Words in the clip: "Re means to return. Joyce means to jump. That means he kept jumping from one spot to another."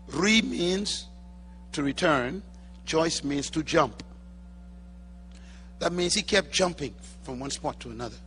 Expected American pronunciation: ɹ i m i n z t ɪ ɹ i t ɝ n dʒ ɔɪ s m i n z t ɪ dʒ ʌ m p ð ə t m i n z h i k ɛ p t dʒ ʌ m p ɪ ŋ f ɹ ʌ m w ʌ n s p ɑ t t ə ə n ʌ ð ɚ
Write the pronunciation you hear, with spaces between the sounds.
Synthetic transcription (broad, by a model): ɹ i m i n z t ɪ ɹ i t ɝ n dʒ ɔɪ s m i n z t ɪ dʒ ʌ m p ð ə t m i n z h i k ɛ p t dʒ ʌ m p ɪ ŋ f ɹ ʌ m w ʌ n s p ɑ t t ə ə n ʌ ð ɚ